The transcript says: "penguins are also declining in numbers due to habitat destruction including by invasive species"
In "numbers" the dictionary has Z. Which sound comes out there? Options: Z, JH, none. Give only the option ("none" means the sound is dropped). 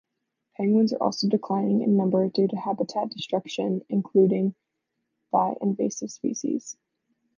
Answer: none